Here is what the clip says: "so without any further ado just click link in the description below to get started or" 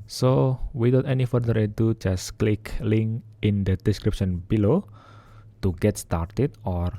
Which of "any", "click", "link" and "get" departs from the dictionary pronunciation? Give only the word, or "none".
link